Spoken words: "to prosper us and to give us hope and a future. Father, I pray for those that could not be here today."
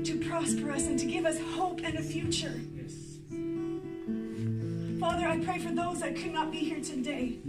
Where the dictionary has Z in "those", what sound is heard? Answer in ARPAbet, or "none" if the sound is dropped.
Z